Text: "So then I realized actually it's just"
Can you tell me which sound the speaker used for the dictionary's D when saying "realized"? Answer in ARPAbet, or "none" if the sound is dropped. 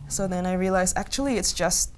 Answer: none